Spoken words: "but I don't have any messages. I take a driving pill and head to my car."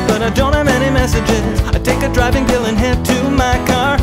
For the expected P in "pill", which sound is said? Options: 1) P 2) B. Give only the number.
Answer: 2